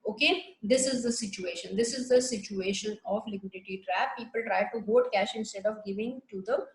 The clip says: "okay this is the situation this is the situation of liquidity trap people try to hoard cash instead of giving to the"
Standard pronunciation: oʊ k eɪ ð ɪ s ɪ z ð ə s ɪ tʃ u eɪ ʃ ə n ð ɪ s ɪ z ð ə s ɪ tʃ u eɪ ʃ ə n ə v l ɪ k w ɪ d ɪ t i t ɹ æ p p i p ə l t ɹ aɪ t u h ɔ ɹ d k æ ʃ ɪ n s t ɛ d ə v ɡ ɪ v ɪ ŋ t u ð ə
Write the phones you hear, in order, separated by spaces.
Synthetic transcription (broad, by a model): oʊ k eɪ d ɪ s ɪ z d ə s ɪ tʃ u eɪ ʃ ə n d ɪ s ɪ z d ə s ɪ tʃ u eɪ ʃ ə n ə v l ɪ k w ɪ d ɪ t i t ɹ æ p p i p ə l t ɹ aɪ t u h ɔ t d k æ ʃ ɪ n s t ɛ d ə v ɡ ɪ v ɪ ŋ t u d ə